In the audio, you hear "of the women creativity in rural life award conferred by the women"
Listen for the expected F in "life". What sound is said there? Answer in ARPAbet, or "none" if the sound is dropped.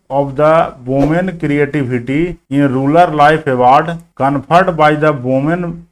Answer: P